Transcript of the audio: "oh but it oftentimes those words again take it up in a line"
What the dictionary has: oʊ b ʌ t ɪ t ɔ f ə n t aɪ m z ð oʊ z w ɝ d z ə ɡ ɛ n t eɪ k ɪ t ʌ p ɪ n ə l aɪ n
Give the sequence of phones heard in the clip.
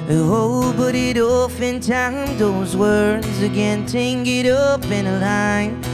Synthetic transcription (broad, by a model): oʊ b ʌ t ɪ t ɔ f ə n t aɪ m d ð oʊ z w ɝ d z ə ɡ ɛ n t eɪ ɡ ɪ t ʌ p ɪ n ə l aɪ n